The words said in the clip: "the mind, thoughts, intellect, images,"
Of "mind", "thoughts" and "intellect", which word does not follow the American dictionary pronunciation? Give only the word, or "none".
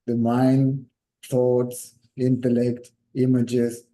thoughts